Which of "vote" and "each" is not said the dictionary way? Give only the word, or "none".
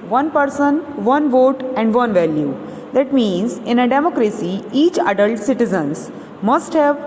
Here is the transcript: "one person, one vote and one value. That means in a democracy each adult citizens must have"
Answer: none